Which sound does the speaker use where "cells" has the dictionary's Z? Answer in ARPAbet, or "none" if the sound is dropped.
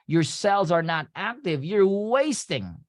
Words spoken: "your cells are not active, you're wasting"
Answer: Z